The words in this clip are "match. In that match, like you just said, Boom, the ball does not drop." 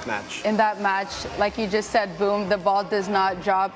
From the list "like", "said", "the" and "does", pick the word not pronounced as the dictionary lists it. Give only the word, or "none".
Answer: none